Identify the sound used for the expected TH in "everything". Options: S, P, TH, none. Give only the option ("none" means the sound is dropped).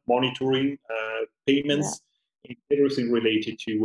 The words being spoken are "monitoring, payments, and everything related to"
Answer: S